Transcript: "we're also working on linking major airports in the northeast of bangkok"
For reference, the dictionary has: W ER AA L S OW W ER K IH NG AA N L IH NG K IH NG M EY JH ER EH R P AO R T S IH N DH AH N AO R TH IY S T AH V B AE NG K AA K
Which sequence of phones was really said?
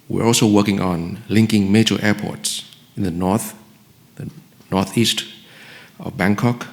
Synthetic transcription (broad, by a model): W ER AA L S OW W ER K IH NG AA N L IH NG K IH NG M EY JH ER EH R P AO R T S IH N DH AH N AO R TH IY S T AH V B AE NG K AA K